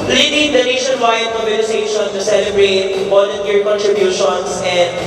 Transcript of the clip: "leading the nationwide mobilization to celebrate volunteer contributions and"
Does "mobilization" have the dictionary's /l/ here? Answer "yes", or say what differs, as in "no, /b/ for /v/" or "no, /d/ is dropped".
no, /n/ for /l/